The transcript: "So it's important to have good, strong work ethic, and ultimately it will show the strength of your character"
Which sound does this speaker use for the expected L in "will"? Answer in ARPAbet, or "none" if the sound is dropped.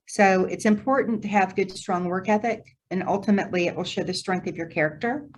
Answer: L